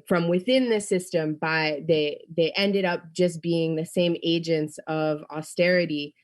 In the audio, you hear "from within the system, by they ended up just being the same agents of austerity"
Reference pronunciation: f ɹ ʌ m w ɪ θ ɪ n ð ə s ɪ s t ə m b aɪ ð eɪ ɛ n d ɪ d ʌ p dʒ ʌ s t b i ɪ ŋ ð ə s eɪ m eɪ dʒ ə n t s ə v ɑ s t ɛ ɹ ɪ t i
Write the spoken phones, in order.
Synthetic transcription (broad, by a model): f ɹ ʌ m w ɪ θ ɪ n ð ə s ɪ s t ə m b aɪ ð eɪ ɛ n d ɪ d ʌ p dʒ ʌ s b i ɪ ŋ ð ə s eɪ m eɪ dʒ ə n t s ə v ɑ s t ɛ ɹ ɪ t i